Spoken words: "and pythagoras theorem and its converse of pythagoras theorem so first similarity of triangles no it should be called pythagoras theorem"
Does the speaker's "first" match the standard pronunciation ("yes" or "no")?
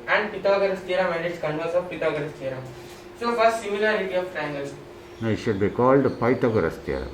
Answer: no